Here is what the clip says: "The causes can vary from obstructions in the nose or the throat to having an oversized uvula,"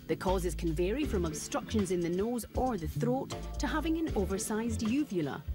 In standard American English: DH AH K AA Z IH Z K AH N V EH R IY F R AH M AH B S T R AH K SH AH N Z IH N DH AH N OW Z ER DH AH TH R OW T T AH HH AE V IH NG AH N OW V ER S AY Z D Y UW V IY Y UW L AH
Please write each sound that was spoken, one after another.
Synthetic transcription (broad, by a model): DH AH K AA Z IH Z K AH N V EH R IY F R AH M AH B S T R AH K SH AH N Z IH N DH AH N OW Z ER DH AH TH R OW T T AH HH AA V IH NG AH N OW V ER S AY Z D Y UW V Y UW L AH